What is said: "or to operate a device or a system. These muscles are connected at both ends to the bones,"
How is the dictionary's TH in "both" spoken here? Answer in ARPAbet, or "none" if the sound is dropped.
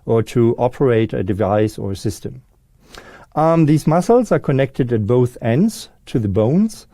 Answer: TH